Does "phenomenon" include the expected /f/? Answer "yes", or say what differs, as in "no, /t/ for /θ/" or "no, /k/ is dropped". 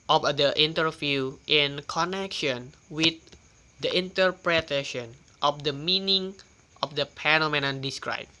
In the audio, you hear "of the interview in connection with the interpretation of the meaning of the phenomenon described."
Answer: no, /p/ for /f/